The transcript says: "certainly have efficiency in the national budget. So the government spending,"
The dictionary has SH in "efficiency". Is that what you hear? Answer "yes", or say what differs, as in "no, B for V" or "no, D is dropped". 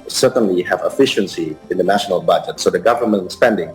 yes